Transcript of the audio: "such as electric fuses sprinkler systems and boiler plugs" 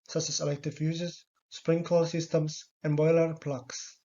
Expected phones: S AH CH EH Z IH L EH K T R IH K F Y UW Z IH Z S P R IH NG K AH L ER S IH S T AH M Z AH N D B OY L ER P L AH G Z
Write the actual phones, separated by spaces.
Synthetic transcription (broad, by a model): S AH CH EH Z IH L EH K T IH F Y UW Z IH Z S P R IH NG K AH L S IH S T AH M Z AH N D B OY L ER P L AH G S